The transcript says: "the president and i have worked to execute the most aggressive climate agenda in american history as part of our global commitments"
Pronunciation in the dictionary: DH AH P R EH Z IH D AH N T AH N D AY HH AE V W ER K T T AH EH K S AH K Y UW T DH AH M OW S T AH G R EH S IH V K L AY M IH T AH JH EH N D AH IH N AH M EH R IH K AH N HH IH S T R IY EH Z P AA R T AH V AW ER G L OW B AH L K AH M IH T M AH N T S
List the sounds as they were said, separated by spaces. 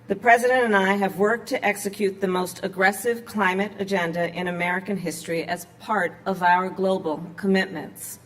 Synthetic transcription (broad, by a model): DH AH P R EH Z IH D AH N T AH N AY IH V W ER K T T EH K S AH K Y UW T DH AH M OW S T AH G R EH S IH V K L AY M IH T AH JH EH N D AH IH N AH M EH R IH K AH N HH IH S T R IY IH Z P AA R T AH V AW ER G L OW B L K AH M IH T M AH N T S